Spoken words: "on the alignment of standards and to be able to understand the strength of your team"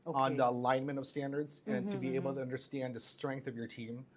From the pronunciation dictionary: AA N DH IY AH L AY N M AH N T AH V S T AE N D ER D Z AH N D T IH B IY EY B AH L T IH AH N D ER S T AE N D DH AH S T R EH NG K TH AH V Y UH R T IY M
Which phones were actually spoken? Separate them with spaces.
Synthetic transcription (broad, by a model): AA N DH IY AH L AY N M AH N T AH V S T AE N D ER D Z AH N T IH B IY EY B L T IH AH N D ER S T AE N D DH AH S T R EH NG K TH AH V Y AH R T IY M